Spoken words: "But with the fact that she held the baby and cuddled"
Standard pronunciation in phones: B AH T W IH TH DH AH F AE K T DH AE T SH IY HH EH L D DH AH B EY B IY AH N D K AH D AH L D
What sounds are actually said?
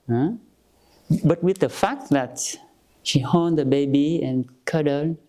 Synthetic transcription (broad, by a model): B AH T W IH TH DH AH F AE K T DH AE T SH IY HH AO N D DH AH B EY B IY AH N K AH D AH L